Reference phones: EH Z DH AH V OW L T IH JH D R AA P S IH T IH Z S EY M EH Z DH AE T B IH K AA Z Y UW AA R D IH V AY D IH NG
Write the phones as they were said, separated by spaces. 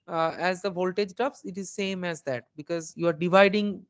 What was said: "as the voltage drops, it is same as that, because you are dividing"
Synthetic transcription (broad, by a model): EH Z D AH V OW L T IH JH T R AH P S IH T IH Z S EY M EH Z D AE T B IH K AA Z Y UW AA R D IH V AY D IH NG